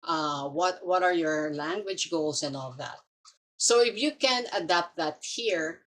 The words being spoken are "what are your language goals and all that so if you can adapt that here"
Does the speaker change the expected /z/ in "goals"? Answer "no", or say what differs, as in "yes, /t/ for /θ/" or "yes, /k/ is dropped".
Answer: yes, /s/ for /z/